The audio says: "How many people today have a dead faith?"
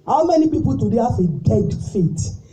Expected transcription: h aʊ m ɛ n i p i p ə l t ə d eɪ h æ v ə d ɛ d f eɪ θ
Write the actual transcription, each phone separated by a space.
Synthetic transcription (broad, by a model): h aʊ m ɛ n i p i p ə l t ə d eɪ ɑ f ə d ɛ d f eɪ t